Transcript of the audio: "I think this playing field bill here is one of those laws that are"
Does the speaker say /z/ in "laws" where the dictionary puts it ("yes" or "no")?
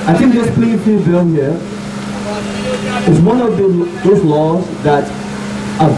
yes